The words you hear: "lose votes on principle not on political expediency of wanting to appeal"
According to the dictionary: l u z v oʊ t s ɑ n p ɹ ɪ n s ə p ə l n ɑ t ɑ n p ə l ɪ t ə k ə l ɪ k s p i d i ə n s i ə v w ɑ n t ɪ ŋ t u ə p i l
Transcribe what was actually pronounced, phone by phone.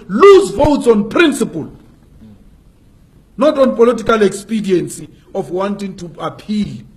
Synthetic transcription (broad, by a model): l u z v oʊ t s ɑ n p ɹ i n s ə p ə l n ɑ t ɑ n p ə l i t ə k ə l ɪ k s p i d i ə n s i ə f w ɑ n t ɪ ŋ t u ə p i l